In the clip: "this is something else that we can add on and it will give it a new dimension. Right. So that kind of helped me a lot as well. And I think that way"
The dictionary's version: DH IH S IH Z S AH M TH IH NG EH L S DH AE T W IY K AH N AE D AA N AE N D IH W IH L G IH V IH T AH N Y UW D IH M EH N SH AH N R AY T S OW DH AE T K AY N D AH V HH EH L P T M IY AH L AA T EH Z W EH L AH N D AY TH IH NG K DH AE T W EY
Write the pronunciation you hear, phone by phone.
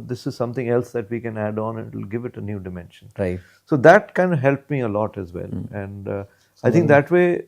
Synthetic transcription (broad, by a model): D IH S IH Z S AH M T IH NG EH L S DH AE T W IY K AH N AE D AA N N IH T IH L G IH V IH T AH N Y UW D IH M EH N SH AH N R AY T S OW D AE T K AY N D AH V HH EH L P M IY AH L AA T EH Z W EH L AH N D AY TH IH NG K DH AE T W EY